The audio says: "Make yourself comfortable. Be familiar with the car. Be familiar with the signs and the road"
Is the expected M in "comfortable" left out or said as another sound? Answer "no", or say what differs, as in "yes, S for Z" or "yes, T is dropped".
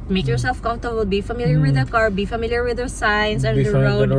yes, M is dropped